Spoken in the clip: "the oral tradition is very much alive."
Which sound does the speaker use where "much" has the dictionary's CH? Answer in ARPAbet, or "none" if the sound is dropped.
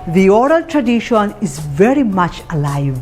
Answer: CH